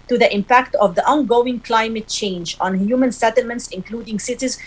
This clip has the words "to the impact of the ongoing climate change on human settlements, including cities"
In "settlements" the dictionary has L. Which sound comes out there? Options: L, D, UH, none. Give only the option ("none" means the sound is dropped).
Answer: L